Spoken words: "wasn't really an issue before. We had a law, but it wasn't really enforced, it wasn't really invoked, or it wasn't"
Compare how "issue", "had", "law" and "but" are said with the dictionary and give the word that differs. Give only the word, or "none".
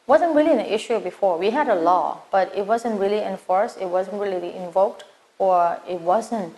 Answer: none